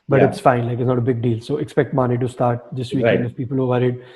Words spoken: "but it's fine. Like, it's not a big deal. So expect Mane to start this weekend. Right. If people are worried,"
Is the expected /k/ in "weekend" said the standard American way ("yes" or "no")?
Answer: no